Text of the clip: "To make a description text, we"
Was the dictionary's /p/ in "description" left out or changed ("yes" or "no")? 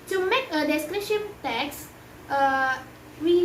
yes